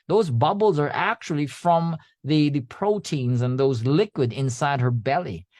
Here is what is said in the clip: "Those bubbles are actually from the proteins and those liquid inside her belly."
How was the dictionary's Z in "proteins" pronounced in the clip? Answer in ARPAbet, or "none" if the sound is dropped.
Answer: Z